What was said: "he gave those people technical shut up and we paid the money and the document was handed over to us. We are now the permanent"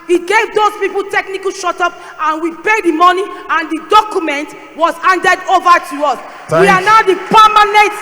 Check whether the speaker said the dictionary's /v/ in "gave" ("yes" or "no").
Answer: yes